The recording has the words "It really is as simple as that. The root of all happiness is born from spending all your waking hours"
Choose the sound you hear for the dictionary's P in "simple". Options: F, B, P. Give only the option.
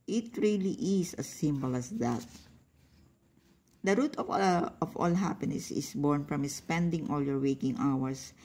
B